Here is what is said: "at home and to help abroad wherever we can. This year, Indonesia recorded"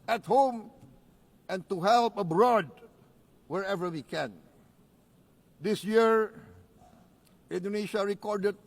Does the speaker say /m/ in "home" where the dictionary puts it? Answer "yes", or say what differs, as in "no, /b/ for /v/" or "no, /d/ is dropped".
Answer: yes